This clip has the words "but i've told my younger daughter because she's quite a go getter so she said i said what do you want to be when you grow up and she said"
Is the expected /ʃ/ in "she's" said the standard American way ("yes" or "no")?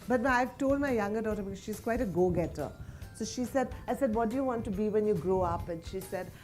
yes